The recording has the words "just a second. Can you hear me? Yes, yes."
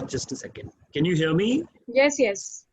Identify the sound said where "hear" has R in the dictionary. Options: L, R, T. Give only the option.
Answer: L